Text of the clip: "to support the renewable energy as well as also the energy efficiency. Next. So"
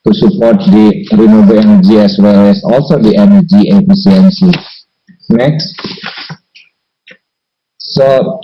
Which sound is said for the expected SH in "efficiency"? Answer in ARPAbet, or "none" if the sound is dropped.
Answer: S